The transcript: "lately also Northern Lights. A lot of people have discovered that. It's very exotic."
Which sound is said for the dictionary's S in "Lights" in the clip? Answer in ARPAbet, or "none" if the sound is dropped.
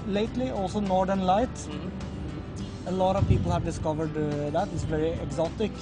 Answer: none